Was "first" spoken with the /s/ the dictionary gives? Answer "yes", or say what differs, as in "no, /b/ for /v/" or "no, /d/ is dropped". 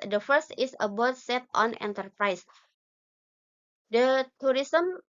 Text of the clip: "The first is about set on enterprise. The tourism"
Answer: yes